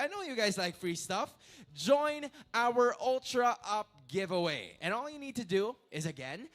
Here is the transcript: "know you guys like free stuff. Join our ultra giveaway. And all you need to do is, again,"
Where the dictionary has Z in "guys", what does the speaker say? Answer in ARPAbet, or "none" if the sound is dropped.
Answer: Z